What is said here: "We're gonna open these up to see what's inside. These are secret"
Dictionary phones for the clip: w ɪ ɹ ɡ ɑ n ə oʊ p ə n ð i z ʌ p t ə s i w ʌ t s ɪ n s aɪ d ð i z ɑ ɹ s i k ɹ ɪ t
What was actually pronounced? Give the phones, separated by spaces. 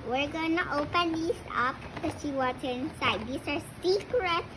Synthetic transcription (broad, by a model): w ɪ ɹ ɡ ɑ n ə oʊ p ə n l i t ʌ p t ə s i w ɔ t ɪ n s aɪ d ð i s ɑ ɹ s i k ɹ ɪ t